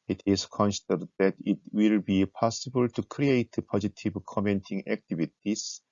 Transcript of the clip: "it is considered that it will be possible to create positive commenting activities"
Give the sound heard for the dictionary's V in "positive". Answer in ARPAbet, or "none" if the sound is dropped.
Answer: B